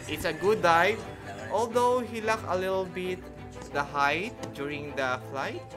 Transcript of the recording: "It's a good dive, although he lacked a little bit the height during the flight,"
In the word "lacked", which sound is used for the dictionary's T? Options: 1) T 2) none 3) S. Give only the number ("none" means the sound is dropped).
2